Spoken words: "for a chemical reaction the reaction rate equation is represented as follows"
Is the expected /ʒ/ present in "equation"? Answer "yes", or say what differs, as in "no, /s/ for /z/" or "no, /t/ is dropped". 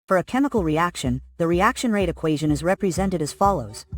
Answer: yes